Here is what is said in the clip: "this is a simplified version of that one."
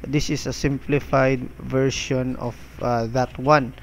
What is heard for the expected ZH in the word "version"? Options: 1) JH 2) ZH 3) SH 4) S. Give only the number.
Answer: 3